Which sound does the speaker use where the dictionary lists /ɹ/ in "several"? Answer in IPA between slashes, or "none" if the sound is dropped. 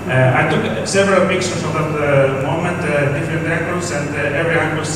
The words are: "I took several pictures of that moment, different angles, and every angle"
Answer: /ɹ/